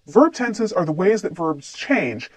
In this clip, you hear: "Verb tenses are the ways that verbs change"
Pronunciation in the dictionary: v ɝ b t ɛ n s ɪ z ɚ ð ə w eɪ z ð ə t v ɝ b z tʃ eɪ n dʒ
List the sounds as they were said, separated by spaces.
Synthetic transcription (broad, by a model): v ɝ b t ɛ n s ɪ z ɚ ð ə w eɪ z ð ə t v ɝ b z tʃ eɪ n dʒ